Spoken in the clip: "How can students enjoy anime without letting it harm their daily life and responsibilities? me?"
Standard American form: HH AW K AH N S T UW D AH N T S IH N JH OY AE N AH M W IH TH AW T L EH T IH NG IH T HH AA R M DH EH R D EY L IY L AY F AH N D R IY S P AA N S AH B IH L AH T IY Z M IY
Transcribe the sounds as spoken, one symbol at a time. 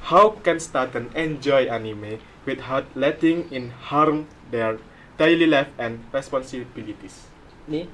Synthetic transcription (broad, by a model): HH AW K AH N S T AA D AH N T IH N JH OY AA N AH M W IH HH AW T L EH T IH NG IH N HH AA R M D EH R D EY L IY L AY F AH N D R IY S P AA N S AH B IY L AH T IY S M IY